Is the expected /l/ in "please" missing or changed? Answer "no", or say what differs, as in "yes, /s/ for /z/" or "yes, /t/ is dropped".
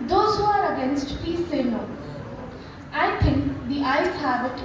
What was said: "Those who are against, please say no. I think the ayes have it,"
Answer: yes, /l/ is dropped